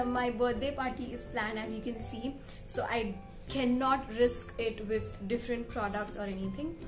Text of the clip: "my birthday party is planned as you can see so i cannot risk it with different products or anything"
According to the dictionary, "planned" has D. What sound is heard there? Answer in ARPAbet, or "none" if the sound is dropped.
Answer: none